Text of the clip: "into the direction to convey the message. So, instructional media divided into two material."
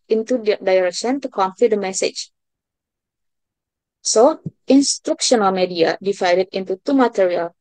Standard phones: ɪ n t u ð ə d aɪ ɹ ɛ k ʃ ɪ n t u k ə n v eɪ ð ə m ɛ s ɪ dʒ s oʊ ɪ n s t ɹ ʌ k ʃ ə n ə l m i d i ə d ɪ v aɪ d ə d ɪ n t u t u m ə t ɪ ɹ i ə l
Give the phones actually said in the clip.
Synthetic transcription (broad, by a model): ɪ n t u d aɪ ɹ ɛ k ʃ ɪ n t u k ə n f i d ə m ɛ s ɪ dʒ s oʊ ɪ n s t ɹ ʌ k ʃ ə n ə l m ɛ d i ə d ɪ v aɪ d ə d ɪ n t u t u m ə t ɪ ɹ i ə l